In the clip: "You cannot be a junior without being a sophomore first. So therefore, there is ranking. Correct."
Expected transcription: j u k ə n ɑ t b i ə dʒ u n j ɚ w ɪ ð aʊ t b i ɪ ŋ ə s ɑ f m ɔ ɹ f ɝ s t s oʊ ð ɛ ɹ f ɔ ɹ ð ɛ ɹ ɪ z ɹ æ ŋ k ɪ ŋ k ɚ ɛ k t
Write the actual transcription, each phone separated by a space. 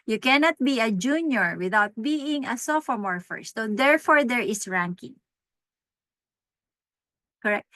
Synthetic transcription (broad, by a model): j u k ə n ɑ t b i ə dʒ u n j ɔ w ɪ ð aʊ t b i ɪ ŋ ə s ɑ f m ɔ ɹ f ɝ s s oʊ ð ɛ ɹ f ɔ ɹ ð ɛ ɹ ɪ s ɹ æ ŋ k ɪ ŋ k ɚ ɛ k t